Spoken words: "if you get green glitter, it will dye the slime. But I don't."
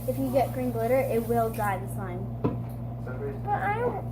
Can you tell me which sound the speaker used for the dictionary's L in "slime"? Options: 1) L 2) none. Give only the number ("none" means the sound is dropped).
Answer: 2